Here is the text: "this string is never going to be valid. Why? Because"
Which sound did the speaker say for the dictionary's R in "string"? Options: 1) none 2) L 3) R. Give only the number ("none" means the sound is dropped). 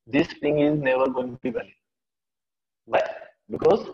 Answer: 1